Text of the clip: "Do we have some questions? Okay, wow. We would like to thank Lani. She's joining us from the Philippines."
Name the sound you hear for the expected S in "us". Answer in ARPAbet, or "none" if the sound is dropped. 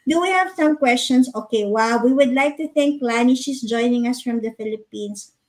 S